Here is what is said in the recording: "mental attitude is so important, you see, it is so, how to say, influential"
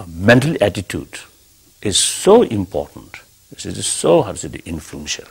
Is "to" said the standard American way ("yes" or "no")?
no